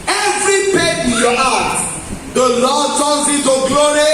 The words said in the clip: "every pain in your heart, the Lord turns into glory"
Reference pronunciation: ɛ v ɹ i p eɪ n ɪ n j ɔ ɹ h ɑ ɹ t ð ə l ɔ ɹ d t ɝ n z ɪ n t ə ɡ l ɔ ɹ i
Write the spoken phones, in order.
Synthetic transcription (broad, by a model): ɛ v ɹ i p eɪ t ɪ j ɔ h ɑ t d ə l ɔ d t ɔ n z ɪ t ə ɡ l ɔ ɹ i